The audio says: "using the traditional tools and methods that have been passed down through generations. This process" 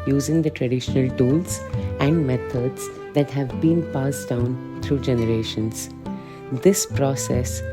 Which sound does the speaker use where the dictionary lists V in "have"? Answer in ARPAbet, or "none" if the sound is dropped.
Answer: V